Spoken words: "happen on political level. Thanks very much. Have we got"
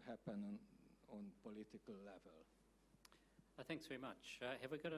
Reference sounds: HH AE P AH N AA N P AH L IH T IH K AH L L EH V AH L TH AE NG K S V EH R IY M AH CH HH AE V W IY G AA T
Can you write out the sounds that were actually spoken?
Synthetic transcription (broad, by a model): HH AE P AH N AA N P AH L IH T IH K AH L L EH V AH L TH AE NG K S V EH R IY M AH CH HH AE V W IY G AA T